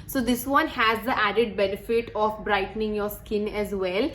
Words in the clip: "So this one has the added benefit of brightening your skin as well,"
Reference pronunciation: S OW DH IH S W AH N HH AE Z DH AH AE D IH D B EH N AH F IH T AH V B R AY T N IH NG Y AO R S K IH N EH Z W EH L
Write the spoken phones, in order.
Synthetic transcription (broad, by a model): S OW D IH S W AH N HH AE Z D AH AE D IH D B EH N AH F IH T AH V B R AY T N IH NG Y AO R S K IH N EH Z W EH L